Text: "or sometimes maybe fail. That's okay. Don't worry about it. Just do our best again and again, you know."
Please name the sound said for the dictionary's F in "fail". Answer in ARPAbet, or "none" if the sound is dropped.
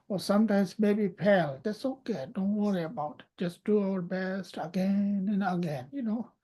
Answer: P